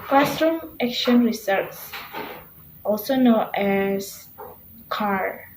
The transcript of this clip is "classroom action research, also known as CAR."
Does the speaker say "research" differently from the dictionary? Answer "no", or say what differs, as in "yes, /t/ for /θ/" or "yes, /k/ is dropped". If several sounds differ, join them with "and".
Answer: yes, /s/ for /tʃ/